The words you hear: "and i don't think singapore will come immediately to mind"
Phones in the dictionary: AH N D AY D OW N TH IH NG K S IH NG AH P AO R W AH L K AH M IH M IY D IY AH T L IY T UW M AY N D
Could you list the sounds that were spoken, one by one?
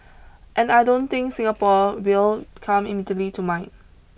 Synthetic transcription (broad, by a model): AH N AY D OW N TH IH NG K S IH NG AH P AO W AH L K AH M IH M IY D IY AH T L IY T UW M AY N